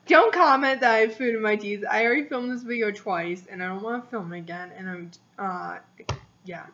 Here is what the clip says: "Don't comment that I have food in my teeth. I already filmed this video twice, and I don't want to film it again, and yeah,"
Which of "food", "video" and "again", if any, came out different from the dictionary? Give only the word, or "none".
video